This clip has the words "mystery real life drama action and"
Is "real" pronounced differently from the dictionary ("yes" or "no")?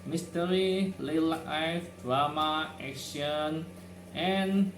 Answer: yes